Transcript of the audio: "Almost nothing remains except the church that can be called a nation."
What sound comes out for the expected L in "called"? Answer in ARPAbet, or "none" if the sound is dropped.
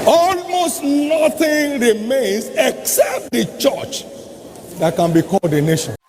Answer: none